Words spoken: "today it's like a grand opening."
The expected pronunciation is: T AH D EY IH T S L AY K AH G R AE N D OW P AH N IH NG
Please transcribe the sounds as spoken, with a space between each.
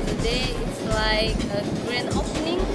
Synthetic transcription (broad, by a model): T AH D EY IH T S L AY K AH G R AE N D OW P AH N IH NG